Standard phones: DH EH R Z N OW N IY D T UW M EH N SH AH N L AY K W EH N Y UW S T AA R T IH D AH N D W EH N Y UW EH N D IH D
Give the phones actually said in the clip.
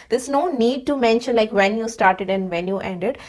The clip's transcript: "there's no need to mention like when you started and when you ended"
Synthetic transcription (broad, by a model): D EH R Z N OW N IY D T UW M EH N SH AH N L AY K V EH N Y UW S T AA R T IH D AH N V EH N Y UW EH N D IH D